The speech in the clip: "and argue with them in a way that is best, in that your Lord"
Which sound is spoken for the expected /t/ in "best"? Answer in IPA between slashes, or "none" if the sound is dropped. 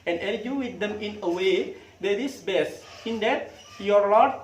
none